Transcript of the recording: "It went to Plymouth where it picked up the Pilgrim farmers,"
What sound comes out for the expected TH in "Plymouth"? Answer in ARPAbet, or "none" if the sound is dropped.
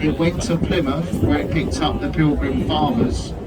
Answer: F